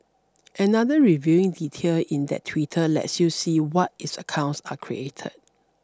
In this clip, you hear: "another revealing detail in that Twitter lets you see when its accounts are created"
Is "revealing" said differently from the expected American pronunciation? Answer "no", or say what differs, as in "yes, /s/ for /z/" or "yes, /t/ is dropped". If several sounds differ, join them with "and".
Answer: yes, /l/ is dropped